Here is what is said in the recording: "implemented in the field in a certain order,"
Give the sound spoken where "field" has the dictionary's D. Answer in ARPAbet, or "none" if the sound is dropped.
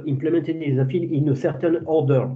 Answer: none